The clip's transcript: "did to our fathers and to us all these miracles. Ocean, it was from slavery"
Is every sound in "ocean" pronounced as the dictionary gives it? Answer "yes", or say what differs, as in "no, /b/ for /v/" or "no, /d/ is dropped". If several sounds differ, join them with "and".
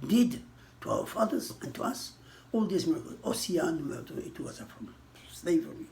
no, /s/ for /ʃ/